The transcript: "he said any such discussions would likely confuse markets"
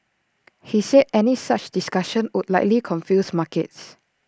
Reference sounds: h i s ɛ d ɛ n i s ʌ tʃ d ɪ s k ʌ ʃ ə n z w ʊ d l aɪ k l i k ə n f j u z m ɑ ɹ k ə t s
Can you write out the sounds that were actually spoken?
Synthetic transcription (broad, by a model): h i s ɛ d ɛ n i s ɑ tʃ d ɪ s k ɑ ʃ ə n w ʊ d l aɪ k l i k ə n f j u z m ɑ k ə t s